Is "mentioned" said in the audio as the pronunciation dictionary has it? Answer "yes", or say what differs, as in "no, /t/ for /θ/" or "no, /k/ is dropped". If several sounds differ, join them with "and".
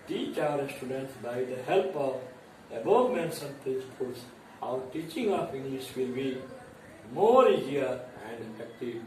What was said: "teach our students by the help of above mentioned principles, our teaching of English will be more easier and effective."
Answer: no, /s/ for /ʃ/